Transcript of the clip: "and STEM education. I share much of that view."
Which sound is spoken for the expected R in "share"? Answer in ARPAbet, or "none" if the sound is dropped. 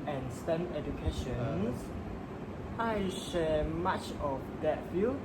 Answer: L